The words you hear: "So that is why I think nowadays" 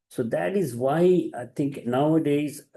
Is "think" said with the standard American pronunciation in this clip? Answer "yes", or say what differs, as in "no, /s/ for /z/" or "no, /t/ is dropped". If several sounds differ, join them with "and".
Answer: no, /t/ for /θ/